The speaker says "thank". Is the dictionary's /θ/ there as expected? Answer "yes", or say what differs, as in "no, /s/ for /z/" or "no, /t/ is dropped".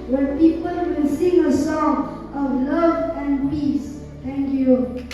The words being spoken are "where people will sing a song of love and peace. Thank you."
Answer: no, /t/ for /θ/